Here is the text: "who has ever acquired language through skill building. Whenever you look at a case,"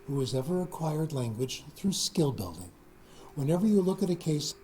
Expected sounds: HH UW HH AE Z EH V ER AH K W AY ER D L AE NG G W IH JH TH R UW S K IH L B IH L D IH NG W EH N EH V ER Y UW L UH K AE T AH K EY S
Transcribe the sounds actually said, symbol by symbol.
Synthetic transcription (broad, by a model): HH UW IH Z EH V ER AH K W AY ER D L AE NG G W IH JH TH R UW S K IH L B IH L D IH NG W EH N EH V ER Y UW L UH K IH T AH K EY S